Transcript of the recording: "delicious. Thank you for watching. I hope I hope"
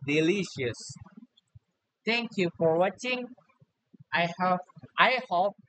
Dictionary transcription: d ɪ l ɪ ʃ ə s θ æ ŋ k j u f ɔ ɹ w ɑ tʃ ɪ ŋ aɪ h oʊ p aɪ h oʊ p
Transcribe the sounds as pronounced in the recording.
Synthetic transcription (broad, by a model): d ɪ l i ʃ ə s t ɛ ŋ k j u f ɔ ɹ w ɑ tʃ ɪ ŋ aɪ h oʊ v aɪ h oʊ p